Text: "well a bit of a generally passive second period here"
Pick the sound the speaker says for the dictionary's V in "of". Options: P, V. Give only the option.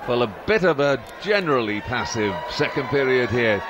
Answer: V